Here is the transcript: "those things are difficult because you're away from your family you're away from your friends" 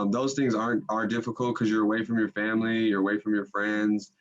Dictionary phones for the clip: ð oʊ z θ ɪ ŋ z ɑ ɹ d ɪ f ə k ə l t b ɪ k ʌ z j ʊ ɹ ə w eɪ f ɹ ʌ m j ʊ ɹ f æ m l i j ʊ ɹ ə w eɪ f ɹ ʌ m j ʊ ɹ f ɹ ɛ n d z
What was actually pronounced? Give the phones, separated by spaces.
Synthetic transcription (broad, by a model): ð oʊ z θ ɪ ŋ z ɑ ɹ d ɪ f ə k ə l t k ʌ z j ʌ ɹ ə w eɪ f ɹ ʌ m j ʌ ɹ f æ m l i j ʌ ɹ ə w eɪ f ɹ ʌ m j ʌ ɹ f ɹ ɛ n d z